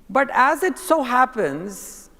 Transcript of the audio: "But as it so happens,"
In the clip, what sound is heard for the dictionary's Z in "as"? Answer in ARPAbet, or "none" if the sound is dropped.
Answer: Z